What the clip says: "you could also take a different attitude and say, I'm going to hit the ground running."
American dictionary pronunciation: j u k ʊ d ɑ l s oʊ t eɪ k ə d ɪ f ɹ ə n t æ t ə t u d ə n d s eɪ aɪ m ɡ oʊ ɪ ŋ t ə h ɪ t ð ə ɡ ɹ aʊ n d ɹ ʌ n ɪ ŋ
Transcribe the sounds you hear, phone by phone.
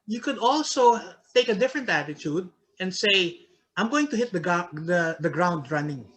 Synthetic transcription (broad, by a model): j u k ʊ d ɑ l s oʊ t eɪ k ə d ɪ f ɹ ə n t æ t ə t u d ə n d s eɪ aɪ m ɡ oʊ ɪ ŋ t ə h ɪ t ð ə ɡ ɹ aʊ n d ɹ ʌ n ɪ ŋ